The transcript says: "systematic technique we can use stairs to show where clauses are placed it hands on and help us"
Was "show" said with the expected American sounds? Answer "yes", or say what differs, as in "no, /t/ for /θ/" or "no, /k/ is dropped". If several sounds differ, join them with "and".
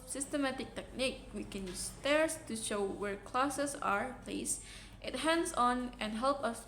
yes